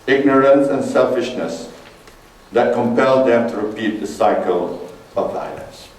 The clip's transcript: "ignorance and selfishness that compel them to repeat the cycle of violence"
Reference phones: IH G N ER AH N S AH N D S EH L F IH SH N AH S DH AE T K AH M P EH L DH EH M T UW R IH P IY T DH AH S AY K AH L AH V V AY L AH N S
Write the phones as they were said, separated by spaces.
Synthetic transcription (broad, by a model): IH G N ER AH N S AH N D S EH L F IH SH N AH S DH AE T K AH M P EH L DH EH M T UW R IH P IY T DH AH S AY K AH L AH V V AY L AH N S